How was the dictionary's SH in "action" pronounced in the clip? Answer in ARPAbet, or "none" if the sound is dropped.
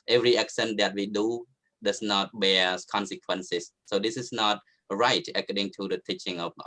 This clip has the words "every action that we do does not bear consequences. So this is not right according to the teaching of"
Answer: S